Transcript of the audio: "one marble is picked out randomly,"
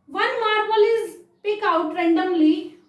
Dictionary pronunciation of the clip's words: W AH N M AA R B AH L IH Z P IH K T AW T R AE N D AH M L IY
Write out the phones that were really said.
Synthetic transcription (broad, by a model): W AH N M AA R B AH L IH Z P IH K AW T R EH N D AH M L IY